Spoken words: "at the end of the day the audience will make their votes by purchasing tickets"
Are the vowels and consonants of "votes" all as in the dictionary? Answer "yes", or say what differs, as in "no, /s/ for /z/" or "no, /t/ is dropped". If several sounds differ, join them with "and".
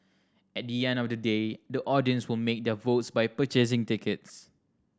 yes